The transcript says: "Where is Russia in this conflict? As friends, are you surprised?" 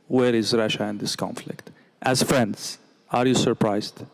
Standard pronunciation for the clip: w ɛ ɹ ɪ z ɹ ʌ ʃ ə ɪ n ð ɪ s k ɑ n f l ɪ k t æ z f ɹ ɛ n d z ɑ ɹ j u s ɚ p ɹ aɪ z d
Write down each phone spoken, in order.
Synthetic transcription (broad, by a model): w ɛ ɹ ɪ z ɹ ʌ ʃ ə ɪ n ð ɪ s k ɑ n f l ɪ k t æ z f ɹ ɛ n d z ɑ ɹ j u s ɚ p ɹ aɪ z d